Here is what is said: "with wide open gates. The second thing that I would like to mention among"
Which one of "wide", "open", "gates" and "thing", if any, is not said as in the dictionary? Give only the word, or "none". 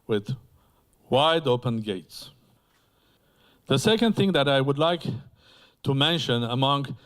none